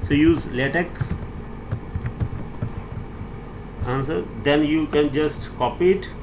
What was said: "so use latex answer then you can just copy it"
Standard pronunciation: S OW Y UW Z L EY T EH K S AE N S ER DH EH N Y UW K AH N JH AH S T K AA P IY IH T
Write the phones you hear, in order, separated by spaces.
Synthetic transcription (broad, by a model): S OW Y UW Z L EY T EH K AE N S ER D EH N Y UW K AH N JH AH S T K AA P IY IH T